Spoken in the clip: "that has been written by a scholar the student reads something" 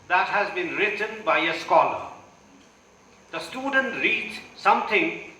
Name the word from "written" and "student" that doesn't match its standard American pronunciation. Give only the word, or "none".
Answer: none